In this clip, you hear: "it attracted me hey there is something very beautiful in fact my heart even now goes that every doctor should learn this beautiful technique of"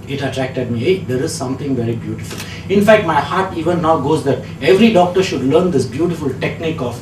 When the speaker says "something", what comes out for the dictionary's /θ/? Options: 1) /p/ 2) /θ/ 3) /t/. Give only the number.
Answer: 3